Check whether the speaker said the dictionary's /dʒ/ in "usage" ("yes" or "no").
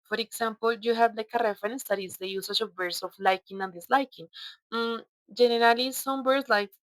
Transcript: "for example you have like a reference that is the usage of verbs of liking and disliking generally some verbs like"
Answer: no